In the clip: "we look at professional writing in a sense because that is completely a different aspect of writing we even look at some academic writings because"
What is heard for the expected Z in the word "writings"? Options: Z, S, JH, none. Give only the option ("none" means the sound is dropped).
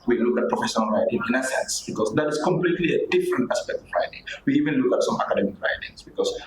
S